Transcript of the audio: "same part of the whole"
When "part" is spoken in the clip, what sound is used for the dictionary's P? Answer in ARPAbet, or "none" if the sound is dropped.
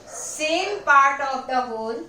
P